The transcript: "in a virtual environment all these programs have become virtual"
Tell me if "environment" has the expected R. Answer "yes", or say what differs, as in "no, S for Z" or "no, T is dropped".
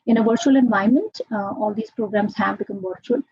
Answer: no, R is dropped